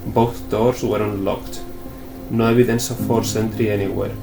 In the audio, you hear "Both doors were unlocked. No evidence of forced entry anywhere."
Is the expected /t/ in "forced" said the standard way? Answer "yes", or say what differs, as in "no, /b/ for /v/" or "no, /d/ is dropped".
no, /t/ is dropped